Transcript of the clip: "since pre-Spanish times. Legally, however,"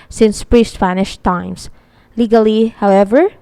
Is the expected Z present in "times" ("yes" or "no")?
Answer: no